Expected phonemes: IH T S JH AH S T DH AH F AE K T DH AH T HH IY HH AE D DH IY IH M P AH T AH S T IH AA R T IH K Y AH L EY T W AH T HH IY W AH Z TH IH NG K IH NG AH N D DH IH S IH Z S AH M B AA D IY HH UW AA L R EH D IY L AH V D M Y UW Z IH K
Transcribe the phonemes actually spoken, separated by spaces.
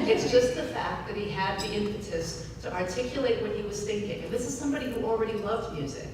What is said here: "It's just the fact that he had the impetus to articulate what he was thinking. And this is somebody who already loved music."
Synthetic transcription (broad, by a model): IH T S JH AH S T DH AH F AE K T DH AH T HH IY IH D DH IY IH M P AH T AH S T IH AA R T IH K Y AH L EY T W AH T HH IY W AH Z TH IH NG K IH NG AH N DH IH S IH Z S AH M B AA D IY HH UW L R EH D IY L AH V D M Y UW Z IH K